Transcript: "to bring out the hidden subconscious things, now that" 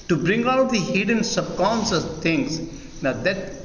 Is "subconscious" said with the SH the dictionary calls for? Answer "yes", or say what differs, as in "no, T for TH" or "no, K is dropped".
no, S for SH